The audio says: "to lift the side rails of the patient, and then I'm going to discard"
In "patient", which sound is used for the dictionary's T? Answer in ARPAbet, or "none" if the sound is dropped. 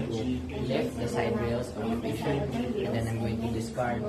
none